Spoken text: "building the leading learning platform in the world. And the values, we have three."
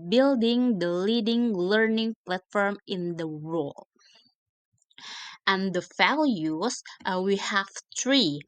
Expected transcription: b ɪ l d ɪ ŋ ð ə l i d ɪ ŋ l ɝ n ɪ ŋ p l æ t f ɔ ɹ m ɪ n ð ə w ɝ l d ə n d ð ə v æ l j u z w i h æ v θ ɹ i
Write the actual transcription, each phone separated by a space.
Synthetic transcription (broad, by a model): b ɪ l d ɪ ŋ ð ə l i d ɪ ŋ l ɝ n ɪ ŋ p l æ t f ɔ ɹ m ɪ n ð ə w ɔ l ə n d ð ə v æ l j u s w i h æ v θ ɹ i